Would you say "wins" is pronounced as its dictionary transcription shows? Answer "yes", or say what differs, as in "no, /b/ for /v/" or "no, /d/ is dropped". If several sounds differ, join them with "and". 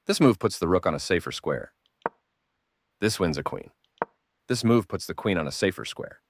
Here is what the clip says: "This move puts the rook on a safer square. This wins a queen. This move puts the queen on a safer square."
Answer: yes